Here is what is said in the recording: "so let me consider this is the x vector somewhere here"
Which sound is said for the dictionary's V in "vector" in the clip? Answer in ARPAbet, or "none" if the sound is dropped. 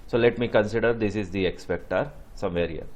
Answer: P